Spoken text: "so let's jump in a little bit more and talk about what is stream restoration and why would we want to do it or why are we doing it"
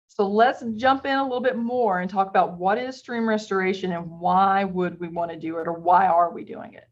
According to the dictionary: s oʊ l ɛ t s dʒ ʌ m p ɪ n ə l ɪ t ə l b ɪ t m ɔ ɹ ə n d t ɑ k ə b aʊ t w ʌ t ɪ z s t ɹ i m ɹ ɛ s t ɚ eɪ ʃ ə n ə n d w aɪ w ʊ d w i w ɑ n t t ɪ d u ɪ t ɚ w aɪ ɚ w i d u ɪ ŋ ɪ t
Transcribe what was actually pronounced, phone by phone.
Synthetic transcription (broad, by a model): s oʊ l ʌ t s ʒ ʌ m p ɪ n ə l ɪ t l b ɪ t m ɔ ɹ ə n t ɑ k ə b aʊ t w ʌ t ɪ z s t ɹ i m ɹ ɛ s t ɚ eɪ ʃ ə n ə n w aɪ w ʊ d w i w ɑ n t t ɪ d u ɪ t ɚ w aɪ ɚ w i d u ɪ ŋ ɪ t